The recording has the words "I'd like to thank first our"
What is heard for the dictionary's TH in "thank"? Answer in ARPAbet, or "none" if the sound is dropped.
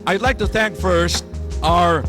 TH